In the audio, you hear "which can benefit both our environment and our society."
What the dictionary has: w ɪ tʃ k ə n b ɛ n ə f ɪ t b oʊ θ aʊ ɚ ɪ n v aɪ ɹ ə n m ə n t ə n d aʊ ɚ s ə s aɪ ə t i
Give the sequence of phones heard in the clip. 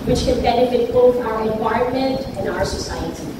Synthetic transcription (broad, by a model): w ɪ tʃ k ə n b ɛ n ə f ɪ t b oʊ θ aʊ ɚ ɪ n w aɪ ə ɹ m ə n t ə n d aʊ ɚ s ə s aɪ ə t i